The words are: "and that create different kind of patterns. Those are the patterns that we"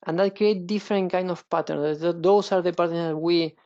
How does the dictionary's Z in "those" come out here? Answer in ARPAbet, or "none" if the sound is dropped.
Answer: S